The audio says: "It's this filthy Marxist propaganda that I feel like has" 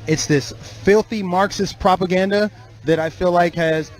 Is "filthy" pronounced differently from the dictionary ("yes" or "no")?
no